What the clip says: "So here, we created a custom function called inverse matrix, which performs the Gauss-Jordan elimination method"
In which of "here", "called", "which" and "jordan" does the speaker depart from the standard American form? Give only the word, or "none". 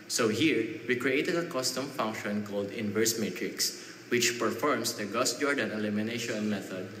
none